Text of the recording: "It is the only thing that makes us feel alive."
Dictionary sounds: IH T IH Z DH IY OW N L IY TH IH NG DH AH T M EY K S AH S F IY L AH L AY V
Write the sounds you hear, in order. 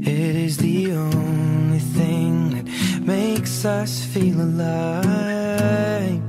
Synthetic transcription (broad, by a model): IH T IH Z DH IY OW N L IY TH IH NG DH AH T M EY K S AH S F IY L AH L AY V